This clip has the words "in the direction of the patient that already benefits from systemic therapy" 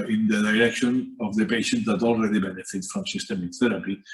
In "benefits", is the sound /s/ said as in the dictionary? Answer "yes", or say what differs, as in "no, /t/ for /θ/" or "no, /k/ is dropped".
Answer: no, /s/ is dropped